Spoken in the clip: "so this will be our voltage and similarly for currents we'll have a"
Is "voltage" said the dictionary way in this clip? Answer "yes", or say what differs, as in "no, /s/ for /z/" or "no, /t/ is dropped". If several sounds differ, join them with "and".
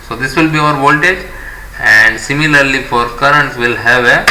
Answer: yes